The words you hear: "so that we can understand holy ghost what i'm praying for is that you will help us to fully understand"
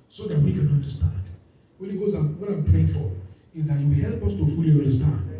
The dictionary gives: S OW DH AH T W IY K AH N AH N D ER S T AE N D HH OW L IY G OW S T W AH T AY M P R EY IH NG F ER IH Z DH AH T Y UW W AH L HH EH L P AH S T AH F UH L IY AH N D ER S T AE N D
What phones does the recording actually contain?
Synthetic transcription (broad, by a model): S OW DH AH T W IY K AH N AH N D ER S T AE N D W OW N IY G OW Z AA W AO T AY M P R EY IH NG F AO IH Z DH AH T Y UW W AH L HH EH L P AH S T AH F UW L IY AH N D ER S T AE N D